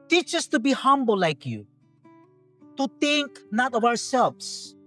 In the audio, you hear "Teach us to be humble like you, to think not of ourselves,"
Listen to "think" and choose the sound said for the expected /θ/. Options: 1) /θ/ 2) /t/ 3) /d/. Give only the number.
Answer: 2